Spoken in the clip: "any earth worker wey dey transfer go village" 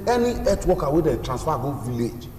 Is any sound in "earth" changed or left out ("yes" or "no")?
yes